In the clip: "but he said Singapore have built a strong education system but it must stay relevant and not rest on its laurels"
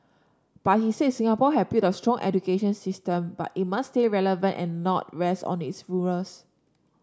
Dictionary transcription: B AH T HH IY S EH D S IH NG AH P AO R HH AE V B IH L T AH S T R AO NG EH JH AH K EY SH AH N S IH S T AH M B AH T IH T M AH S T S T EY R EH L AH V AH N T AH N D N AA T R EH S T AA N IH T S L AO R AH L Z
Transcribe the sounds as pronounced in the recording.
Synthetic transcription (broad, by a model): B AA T HH IY S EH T S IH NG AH P AO HH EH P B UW T AH S T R AO NG EH JH AH K EY SH AH N S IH S T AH M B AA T IH T M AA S S T EY R EH L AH V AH N T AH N N AA T R EH S T AA N IH T S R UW R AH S